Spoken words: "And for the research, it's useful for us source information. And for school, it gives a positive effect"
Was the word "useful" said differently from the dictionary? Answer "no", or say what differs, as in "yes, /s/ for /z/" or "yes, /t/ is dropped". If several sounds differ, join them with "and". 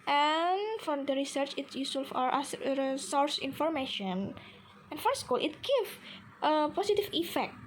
yes, /f/ is dropped